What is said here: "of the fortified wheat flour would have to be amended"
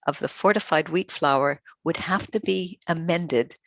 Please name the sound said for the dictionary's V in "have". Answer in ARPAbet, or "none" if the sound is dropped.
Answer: F